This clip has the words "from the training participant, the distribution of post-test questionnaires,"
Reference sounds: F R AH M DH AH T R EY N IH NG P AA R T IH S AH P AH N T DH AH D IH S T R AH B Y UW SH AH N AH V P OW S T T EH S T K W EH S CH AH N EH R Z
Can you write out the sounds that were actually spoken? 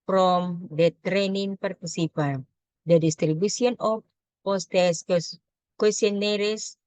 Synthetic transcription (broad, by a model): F R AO M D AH T R EY N IH NG P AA R T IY S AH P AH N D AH D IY S T R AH B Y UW S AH N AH F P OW S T T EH S K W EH S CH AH N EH R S